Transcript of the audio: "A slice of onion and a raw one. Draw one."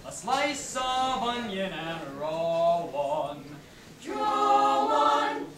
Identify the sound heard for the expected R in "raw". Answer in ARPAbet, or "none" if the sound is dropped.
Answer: R